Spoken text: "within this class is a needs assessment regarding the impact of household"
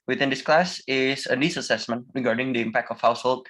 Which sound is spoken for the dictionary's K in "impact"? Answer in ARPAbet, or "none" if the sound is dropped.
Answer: K